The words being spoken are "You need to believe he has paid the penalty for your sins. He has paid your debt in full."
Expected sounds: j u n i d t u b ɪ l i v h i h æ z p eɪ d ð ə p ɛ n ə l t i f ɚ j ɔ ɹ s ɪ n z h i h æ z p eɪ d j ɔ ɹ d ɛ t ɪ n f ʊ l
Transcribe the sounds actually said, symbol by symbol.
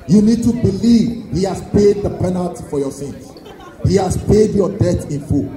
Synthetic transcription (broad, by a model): j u n i d t u b ɪ l i v h i h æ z p eɪ d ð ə p ɛ n ə l t i f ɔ j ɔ s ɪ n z h i h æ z p eɪ d j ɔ d ɛ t ɪ n f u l